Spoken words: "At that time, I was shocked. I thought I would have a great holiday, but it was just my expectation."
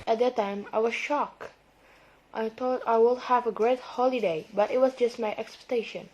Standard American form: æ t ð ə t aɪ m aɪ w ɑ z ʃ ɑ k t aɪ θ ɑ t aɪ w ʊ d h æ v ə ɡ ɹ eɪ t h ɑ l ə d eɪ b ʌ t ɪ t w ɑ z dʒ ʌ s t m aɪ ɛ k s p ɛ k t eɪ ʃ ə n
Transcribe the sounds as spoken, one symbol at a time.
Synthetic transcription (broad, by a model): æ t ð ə t aɪ m aɪ w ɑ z ʃ ɑ k t aɪ t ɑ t aɪ w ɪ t h æ v ə ɡ ɹ eɪ t h ɑ l ə d eɪ b ʌ t ɪ t w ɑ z dʒ ʌ s t m aɪ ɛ k s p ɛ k t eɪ ʃ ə n